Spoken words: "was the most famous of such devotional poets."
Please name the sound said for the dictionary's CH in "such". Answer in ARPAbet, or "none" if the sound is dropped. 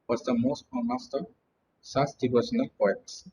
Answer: S